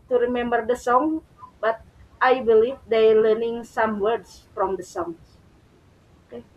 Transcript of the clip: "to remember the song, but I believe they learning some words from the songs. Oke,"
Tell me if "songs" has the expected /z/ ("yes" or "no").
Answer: no